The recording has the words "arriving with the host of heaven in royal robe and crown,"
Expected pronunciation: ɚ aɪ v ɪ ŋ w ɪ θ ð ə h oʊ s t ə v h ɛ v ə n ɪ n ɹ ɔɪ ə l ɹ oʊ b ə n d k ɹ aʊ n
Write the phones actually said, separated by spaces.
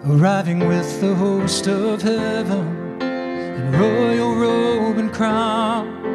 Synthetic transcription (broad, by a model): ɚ aɪ v ɪ ŋ w ɪ ð ə h oʊ s t ə v h ɛ v ə n ɪ n ɹ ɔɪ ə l ɹ oʊ b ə n k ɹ aʊ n